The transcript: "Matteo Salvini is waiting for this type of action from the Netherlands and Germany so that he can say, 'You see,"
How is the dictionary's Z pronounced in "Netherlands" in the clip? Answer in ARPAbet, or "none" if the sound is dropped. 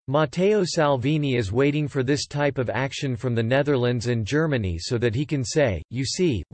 Z